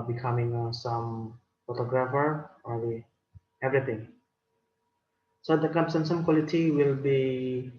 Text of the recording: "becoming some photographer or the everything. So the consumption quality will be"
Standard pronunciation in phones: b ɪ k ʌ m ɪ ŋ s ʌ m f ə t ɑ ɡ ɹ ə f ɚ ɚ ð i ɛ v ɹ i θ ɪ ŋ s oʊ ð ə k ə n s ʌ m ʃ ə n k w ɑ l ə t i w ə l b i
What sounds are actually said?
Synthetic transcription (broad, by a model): b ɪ k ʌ m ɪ ŋ s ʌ m f ə t ɑ ɡ ɹ ə f ɚ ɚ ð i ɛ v ɹ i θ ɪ ŋ s oʊ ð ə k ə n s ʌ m s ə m k w ɑ l ə t i w ə l b i